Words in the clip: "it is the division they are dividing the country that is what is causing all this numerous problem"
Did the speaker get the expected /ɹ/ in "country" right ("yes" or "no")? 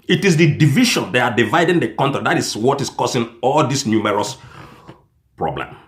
no